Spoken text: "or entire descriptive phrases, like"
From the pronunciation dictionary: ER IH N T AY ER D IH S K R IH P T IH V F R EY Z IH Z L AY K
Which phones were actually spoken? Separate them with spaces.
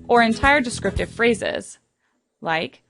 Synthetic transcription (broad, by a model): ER IH N T AY ER D IH S K R IH P T IH V F R EY Z IH Z L AY K